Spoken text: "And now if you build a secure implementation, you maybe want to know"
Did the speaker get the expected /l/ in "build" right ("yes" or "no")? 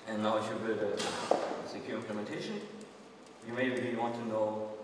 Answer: no